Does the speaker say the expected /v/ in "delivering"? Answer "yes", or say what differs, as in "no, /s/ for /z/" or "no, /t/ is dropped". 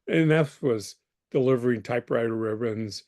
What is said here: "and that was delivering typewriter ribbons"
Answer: yes